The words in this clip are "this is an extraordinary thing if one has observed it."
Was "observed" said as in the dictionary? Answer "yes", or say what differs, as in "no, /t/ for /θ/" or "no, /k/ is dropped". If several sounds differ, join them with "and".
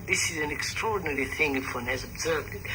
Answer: yes